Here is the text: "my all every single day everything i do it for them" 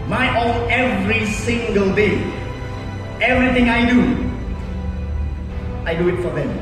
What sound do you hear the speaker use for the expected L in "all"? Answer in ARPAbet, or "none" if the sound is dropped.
N